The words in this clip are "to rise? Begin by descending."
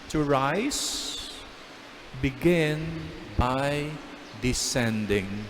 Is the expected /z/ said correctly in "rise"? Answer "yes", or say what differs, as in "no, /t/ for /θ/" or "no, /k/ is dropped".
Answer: no, /s/ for /z/